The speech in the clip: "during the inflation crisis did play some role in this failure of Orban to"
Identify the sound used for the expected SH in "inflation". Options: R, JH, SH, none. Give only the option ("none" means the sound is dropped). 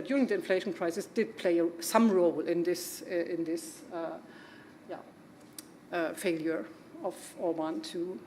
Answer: SH